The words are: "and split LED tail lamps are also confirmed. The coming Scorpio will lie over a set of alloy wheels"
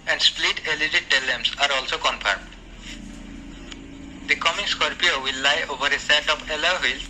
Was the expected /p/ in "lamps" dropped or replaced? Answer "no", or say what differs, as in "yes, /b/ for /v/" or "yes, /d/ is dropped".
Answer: yes, /p/ is dropped